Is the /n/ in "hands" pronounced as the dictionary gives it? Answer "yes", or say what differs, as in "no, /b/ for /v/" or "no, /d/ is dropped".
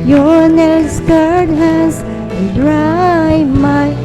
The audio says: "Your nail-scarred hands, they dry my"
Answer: no, /n/ is dropped